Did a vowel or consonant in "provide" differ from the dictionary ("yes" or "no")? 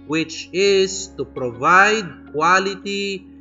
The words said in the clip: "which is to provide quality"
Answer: no